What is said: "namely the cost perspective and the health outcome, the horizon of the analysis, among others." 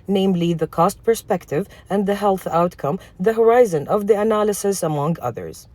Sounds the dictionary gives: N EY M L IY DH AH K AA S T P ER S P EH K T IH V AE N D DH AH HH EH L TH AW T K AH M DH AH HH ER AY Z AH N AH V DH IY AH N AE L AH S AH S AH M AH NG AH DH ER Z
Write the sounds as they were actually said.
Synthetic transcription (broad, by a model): N EY M L IY DH AH K AA S T P ER S P EH K T IH V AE N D DH AH HH EH L TH AW T K AH M DH AH HH ER AY Z AH N AH V DH IY AH N AE L AH S AH S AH M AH NG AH DH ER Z